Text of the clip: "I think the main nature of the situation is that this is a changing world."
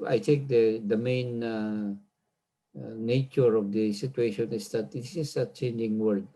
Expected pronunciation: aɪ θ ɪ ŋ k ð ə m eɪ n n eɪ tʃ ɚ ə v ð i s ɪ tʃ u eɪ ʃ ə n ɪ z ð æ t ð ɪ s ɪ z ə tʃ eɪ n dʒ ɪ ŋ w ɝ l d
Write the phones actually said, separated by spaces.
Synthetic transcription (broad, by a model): aɪ t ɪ ŋ k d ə m eɪ n n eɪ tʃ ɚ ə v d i s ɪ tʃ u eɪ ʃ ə n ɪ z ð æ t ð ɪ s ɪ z ə tʃ eɪ n dʒ ɪ ŋ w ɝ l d